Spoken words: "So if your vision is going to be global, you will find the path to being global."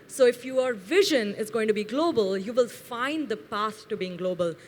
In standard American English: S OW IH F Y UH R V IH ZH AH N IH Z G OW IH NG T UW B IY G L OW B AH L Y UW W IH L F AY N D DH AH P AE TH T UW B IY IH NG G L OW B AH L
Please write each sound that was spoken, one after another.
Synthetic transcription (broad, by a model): S OW IH F Y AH R V IH ZH AH N IH Z G OW IH NG T UW B IY G L OW B AH L Y UW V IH L F AY N D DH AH P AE S T UW B IY IH NG G L OW B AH L